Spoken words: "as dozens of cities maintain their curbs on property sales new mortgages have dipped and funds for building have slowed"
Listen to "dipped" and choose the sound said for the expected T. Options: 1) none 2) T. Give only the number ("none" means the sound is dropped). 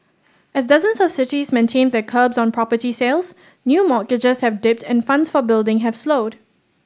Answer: 2